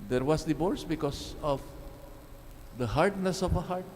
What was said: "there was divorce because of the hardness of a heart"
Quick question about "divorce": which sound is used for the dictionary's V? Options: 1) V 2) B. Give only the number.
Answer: 2